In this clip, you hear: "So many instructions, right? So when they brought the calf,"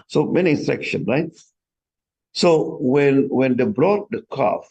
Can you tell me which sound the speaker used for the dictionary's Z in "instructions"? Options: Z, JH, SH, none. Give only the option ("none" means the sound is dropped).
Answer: none